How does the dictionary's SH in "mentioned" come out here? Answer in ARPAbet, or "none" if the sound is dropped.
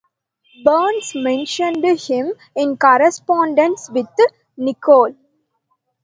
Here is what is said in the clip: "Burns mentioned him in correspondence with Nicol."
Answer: SH